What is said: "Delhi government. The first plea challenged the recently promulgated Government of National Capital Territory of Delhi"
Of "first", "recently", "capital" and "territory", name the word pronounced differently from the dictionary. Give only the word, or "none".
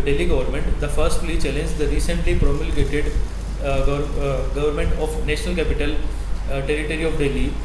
none